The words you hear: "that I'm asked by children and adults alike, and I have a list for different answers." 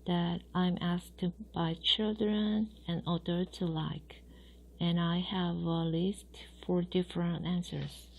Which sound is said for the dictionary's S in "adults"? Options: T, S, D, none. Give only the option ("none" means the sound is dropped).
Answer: none